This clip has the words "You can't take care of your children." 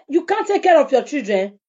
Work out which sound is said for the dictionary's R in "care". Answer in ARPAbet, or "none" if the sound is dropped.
R